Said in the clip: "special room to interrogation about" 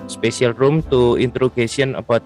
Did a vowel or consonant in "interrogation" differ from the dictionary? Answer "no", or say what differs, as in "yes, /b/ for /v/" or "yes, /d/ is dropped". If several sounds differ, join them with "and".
yes, /s/ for /ʃ/